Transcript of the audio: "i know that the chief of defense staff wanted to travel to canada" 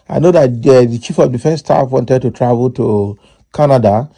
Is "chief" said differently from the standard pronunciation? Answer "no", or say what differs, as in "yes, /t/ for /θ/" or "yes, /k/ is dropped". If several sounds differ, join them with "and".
no